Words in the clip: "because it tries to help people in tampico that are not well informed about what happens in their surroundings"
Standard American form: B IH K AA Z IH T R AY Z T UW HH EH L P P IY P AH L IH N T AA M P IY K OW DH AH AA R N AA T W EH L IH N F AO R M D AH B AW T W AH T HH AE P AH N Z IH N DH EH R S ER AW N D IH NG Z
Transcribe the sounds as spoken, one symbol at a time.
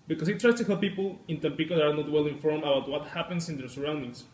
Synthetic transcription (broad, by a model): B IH K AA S IH T R AY S T UW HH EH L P P IY P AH L IH N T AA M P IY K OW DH AA R N AA T W EH L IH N F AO R M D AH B AW T W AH T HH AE P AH N S IH N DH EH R S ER AW N D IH NG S